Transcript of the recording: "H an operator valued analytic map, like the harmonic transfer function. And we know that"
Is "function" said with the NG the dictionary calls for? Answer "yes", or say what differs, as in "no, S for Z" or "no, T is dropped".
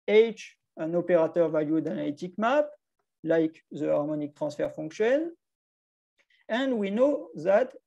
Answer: no, NG is dropped